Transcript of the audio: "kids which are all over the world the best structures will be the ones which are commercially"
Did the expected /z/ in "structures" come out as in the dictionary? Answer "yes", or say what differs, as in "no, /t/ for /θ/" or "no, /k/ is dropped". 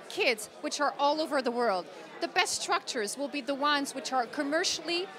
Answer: yes